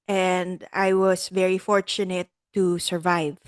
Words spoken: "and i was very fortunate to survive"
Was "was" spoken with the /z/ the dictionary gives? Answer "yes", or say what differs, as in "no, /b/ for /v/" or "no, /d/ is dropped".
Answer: no, /s/ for /z/